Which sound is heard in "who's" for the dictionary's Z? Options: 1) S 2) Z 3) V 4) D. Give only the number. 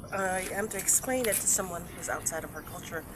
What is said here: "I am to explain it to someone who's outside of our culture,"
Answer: 2